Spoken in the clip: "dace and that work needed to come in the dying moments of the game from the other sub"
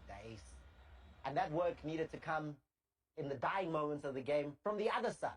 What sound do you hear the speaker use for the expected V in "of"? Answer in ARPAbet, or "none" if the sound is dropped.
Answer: V